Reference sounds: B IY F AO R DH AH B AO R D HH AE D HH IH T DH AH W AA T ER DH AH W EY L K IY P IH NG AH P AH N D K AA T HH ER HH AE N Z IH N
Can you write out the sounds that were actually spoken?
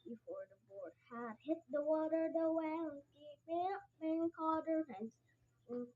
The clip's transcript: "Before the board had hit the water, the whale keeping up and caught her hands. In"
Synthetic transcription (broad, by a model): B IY F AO R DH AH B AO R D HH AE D HH IH T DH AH W AA T ER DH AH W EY N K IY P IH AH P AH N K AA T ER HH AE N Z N